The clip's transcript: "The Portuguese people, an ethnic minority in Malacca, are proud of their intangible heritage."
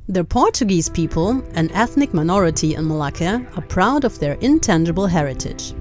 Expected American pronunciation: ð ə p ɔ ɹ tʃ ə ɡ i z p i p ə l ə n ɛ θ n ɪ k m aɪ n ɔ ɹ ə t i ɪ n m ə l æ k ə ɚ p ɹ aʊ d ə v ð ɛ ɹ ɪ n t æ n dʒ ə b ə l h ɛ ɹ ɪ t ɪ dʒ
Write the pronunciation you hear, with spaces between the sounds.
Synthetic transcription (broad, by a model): ð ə p ɔ ɹ tʃ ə ɡ i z p i p ə l ə n ɛ θ n ɪ k m aɪ n ɔ ɹ ə t i ɪ n m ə l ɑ k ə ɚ p ɹ aʊ d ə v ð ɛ ɹ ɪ n t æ n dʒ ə b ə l h ɛ ɹ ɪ t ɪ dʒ